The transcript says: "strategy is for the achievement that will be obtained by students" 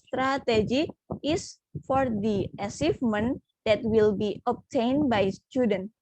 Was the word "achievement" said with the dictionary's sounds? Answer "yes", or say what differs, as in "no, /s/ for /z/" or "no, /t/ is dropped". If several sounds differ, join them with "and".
no, /s/ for /tʃ/